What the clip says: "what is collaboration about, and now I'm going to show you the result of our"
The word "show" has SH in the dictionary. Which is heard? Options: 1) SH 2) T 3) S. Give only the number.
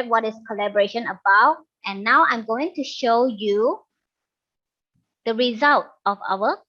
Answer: 1